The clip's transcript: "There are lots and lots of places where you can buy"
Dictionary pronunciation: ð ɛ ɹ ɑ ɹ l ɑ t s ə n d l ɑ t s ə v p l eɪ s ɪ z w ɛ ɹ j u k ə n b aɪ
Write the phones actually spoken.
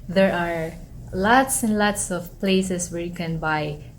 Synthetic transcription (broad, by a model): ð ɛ ɹ ɑ ɹ l ɑ t s ə n d l ɑ t s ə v p l eɪ s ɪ s w ɛ ɹ j u k ə n b aɪ